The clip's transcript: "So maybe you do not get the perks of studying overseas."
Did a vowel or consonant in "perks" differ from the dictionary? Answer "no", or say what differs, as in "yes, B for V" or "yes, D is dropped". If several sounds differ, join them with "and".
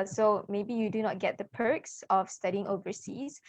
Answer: no